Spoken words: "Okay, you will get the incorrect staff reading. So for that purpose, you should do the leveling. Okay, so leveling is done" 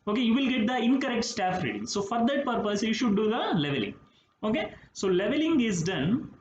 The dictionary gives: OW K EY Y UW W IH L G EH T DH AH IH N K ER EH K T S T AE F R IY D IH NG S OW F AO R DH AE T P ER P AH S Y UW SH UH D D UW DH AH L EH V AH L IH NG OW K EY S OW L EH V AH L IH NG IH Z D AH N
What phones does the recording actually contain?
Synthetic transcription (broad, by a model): OW K EY Y UW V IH L G EH T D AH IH N K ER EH K T S T AE F R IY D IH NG S OW F AO R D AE T P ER P AH S Y UW SH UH D D UW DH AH L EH V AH L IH NG OW K EY S OW L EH V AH L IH NG IH Z D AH N